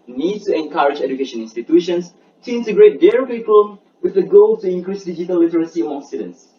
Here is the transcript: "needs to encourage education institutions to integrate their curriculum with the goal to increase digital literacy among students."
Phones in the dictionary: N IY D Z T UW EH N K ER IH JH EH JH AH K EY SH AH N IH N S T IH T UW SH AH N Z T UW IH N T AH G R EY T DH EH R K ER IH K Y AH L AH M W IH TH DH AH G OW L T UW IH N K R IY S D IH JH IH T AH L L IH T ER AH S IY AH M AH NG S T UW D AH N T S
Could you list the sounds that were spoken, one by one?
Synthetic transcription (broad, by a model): N IY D T UW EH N K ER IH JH EH JH AH K EY SH AH N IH N S T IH T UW SH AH N S T UW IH N T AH G R EY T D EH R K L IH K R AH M W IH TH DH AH G OW L T UW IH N K R IY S D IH JH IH T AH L L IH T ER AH S IY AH AO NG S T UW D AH N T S